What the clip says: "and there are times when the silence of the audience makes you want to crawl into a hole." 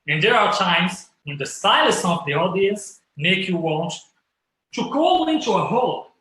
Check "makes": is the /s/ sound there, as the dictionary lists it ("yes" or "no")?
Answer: no